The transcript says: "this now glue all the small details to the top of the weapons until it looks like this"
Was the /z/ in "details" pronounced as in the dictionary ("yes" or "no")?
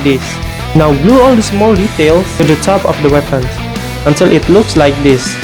no